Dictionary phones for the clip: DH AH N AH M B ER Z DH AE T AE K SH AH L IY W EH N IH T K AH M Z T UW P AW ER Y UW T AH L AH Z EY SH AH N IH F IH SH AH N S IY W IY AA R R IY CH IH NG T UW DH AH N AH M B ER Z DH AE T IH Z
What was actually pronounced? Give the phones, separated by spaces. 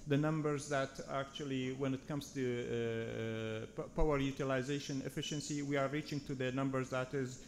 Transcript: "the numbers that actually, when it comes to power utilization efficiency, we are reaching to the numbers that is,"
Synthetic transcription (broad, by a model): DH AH N AH M B ER Z DH AE T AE K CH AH L IY W EH N IH T K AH M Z T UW P AW ER Y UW T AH L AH Z EY SH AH N IH F IH SH AH N S IY W IY AA R R IY CH IH NG T UW DH AH N AH M B ER Z DH AE T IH Z